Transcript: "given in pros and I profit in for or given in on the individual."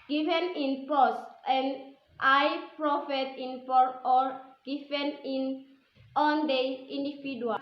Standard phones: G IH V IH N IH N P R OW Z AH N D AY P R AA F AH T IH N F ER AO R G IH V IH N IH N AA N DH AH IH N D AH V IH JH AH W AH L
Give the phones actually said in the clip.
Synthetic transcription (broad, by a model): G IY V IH N IH N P OW S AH N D AY P R AA F AH T IH N P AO AO R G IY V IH N IH N AA N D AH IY N D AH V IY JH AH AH